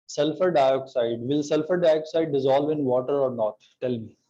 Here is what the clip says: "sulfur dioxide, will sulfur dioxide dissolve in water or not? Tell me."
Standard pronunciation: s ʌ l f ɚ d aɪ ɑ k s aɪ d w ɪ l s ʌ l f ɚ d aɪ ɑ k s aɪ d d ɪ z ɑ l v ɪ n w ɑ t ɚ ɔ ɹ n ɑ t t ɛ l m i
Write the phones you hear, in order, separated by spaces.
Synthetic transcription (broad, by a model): s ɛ l f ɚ d aɪ ɑ k s aɪ d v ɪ l s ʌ l f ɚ d aɪ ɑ k s aɪ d d ɪ z ɑ l v ɪ n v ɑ t ɚ ɔ ɹ n ɑ t t ɛ l m i